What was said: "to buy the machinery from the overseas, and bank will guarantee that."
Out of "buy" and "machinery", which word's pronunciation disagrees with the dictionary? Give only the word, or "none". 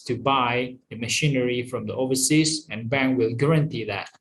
none